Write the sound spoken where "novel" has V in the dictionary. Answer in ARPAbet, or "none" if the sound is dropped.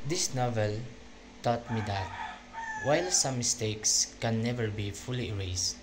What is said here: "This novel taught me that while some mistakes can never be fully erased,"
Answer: V